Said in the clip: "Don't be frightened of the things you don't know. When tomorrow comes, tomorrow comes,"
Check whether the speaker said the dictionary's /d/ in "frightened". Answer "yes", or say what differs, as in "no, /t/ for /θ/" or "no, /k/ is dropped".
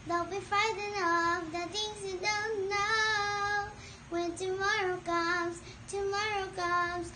no, /d/ is dropped